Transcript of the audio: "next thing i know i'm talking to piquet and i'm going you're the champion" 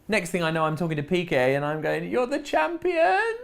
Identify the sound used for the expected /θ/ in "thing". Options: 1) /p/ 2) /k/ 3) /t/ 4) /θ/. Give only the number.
4